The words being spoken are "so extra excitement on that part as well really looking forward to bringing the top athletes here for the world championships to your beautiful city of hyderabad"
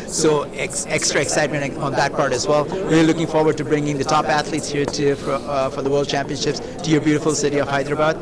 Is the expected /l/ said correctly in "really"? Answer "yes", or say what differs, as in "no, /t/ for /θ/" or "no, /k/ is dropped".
no, /l/ is dropped